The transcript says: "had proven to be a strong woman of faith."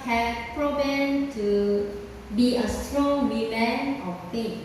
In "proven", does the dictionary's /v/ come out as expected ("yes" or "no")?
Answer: no